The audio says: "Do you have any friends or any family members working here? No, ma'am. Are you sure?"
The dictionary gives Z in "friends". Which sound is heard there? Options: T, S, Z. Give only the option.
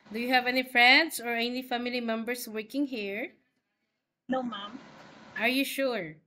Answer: S